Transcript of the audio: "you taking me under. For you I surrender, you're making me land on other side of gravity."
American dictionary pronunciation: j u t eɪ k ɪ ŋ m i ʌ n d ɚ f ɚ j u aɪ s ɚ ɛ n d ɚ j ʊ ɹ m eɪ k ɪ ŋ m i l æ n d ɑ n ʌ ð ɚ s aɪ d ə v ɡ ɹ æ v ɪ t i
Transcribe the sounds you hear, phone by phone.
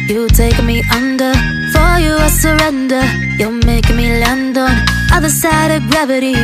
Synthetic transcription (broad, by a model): j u t eɪ ɪ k m i ʌ n d ɚ f ɚ j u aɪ s ɚ ɛ n d ɚ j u l m eɪ ɪ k m i l æ n d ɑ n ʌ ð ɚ s aɪ d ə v ɡ ɹ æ v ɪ t i